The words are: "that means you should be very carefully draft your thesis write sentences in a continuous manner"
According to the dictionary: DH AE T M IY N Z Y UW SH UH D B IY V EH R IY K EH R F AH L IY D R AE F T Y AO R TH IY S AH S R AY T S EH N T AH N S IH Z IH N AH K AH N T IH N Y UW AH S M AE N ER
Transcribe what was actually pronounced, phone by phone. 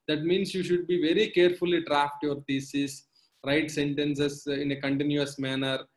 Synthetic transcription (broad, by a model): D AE T M IY N S Y UW SH UH D B IY V EH R IY K EH R F AH L IY D R AE F T Y AO R T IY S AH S R AY T S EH N T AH N S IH S IH N AH K AH N T IH N Y UW AH S M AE N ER